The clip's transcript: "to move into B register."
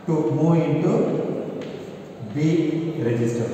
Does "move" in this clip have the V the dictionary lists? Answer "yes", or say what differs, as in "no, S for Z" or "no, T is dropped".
no, V is dropped